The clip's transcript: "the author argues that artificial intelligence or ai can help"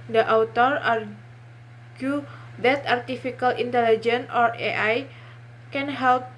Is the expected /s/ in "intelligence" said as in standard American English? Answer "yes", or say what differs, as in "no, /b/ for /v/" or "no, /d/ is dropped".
no, /s/ is dropped